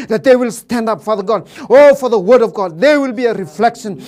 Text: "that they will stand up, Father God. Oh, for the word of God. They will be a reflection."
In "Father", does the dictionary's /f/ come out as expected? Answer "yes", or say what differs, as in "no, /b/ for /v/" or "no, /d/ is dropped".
yes